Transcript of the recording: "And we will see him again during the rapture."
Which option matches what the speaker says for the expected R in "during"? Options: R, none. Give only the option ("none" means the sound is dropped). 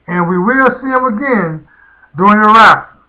none